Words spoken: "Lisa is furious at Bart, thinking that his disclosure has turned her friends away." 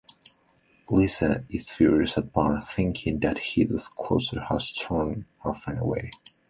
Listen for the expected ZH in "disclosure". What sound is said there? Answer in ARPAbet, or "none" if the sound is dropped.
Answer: S